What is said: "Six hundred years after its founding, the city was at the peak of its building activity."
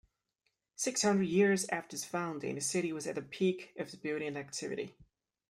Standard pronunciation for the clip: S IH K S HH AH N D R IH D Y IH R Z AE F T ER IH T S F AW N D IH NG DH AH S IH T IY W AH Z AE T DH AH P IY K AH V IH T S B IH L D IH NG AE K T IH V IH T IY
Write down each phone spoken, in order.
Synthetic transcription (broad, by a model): S IH K S HH AH N D R IH D Y IH R Z AE F T ER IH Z F AW N D IH NG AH S IH T IY W AH Z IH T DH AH P IY K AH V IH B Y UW D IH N AE K T IH V IH T IY